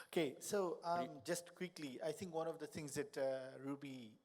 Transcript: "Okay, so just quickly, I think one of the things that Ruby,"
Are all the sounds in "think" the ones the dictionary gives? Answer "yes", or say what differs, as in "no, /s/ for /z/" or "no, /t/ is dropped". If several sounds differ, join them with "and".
no, /t/ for /θ/